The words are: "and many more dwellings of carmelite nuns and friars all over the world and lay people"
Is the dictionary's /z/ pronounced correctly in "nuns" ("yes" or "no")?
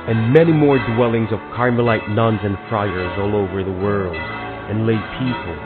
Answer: yes